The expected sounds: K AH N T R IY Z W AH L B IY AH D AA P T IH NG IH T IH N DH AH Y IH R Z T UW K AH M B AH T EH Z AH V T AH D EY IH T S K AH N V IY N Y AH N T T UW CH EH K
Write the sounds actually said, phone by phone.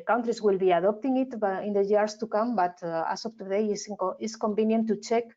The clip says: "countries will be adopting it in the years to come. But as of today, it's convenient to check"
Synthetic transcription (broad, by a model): K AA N T R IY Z W AH L B IY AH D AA P T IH NG IH T IH N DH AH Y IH R S T UW K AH M B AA T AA S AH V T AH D EY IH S K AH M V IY N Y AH N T T UW CH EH K